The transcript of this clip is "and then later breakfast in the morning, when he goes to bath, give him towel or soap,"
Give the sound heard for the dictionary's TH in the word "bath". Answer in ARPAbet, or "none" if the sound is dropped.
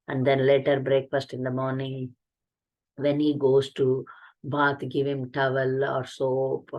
T